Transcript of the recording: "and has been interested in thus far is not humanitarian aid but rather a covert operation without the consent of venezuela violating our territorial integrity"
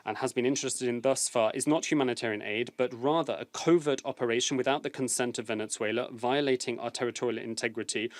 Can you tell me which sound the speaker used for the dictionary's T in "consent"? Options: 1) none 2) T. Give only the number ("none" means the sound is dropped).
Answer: 2